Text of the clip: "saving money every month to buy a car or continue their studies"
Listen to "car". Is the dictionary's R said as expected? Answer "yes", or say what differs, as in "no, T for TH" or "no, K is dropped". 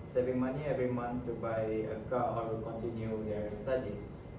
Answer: no, W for R